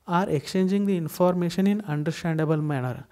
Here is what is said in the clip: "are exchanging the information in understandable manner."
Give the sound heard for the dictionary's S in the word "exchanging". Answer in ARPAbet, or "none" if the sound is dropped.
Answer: none